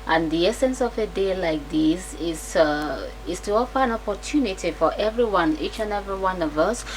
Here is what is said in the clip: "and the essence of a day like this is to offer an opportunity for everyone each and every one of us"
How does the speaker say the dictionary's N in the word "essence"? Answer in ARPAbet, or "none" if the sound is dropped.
N